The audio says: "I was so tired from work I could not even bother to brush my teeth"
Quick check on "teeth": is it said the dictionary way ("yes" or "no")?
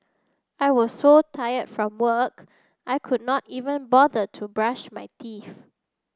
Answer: no